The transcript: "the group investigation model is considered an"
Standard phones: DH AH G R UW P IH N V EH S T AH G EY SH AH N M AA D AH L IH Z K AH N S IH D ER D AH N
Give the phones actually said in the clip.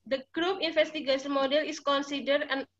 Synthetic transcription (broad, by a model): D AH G R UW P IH N F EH S T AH G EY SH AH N M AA D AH L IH S K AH N S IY D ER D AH N